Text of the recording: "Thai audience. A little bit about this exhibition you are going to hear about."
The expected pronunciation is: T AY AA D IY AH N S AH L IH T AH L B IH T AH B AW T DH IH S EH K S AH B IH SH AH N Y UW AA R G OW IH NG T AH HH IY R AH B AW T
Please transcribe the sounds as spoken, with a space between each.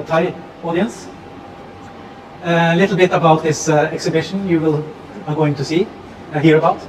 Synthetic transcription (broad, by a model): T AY AA D IY AH N S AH L IH T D L B IH T AH B AW T DH IH S EH K S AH B IH SH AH N Y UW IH L G OW IH NG T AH HH IY R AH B AW T